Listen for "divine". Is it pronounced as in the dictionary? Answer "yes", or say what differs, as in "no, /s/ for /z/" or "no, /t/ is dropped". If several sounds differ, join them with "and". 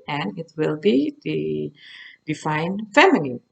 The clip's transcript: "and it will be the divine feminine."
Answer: no, /f/ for /v/